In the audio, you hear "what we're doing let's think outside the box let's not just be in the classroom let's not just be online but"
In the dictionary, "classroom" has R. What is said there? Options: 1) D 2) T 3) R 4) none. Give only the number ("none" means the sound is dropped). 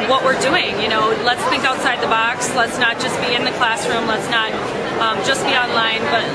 3